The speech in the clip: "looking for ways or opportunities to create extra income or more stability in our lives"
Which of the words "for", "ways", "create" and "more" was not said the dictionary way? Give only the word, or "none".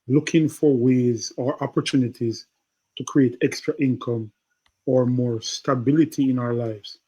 none